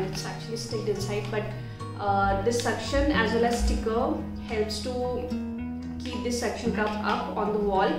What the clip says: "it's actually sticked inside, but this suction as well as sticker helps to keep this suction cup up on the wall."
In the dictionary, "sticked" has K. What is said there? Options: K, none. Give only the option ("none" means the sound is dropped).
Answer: none